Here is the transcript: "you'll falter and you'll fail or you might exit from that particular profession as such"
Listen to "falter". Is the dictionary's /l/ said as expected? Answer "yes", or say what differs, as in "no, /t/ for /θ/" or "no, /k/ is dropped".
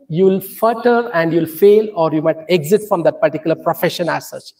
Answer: no, /l/ is dropped